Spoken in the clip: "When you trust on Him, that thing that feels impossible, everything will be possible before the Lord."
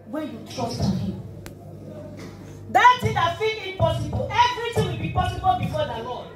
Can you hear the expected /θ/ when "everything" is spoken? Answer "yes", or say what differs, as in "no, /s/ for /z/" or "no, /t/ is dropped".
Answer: no, /t/ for /θ/